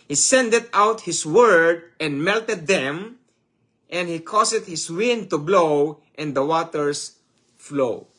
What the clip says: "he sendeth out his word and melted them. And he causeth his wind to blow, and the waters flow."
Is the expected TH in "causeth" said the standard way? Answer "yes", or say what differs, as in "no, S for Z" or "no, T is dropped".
no, T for TH